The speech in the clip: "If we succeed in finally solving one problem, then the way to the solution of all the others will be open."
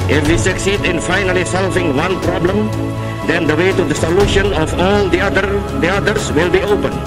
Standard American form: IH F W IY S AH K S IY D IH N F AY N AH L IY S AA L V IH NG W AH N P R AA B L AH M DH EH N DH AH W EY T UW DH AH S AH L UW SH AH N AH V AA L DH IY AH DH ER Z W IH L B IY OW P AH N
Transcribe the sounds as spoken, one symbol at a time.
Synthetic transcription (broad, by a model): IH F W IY S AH K S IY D IH N F AY N AH L IY S AA L V IH NG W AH N P R AA B L AH M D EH N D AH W EY T UW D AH S AH L UW SH AH N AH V AA L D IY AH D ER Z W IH L B IY OW P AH N